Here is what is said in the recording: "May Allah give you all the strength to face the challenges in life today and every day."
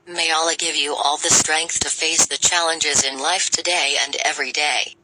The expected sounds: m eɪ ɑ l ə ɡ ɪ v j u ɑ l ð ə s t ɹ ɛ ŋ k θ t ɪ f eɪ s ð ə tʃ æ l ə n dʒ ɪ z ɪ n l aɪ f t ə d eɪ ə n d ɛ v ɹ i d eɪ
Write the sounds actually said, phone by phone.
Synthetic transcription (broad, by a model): m eɪ ɑ l ə ɡ ɪ v j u ɑ l ð ə s t ɹ ɛ ŋ k θ t ɪ f eɪ s ð ə tʃ æ l ə n dʒ ɪ z ɪ n l aɪ f t ə d eɪ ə n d ɛ v ɹ i d eɪ